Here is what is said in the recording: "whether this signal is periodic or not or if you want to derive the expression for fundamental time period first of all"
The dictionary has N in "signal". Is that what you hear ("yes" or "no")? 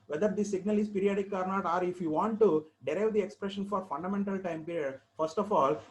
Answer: yes